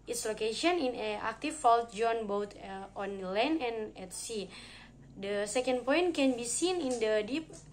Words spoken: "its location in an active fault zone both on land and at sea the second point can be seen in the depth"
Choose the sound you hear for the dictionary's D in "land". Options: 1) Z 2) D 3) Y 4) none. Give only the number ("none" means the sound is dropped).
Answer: 4